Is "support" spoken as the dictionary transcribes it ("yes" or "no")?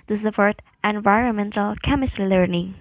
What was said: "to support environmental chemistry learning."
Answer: no